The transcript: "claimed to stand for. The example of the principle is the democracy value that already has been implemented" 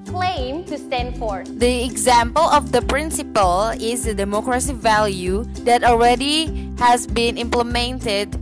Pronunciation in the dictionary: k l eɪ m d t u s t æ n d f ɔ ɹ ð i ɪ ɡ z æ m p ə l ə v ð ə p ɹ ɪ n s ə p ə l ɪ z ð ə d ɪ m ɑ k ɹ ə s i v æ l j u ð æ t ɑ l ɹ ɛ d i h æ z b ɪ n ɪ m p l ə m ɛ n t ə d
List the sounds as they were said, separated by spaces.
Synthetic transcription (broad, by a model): k l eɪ m t u s t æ n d f ɔ ɹ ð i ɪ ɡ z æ m p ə l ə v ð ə p ɹ ɪ n s ə p ə l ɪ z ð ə d ɪ m ɑ k ɹ ə s i v æ l j u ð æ t ɑ l ɹ ɛ d i h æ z b ɪ n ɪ m p l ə m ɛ n t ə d